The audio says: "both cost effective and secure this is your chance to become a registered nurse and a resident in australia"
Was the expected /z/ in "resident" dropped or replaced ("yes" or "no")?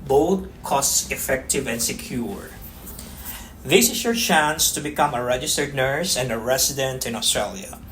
yes